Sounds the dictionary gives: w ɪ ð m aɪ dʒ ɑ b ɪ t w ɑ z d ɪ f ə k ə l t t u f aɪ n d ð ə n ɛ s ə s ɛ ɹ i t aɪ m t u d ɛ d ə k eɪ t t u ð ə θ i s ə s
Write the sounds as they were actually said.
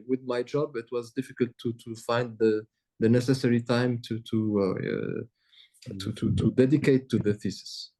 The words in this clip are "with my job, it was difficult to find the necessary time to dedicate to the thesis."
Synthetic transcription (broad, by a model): w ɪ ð m aɪ dʒ ɑ b ɪ t w ɑ z d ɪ f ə k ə l t t u f aɪ n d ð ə n ɛ s ə s ɛ ɹ i t aɪ m t u d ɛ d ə k eɪ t t u ð ə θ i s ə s